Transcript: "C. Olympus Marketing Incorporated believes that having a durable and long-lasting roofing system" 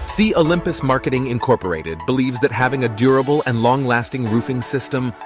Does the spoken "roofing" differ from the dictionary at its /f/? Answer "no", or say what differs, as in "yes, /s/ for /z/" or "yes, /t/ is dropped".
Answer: no